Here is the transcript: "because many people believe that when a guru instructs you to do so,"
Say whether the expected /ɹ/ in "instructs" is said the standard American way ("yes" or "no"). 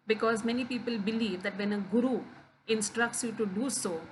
yes